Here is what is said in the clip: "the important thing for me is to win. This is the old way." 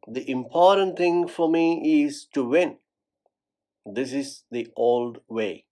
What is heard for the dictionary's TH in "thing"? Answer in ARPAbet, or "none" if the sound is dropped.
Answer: T